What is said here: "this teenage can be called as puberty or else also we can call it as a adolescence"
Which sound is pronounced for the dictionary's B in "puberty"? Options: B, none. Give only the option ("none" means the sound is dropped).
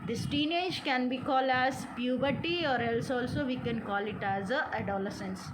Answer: B